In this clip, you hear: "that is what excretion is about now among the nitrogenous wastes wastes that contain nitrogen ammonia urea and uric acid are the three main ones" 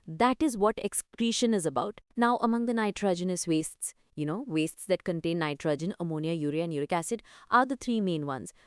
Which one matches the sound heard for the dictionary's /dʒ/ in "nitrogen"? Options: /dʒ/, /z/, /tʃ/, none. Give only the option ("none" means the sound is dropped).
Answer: /dʒ/